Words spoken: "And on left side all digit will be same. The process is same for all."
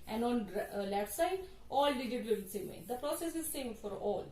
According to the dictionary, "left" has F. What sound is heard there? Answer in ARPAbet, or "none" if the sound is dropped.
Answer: none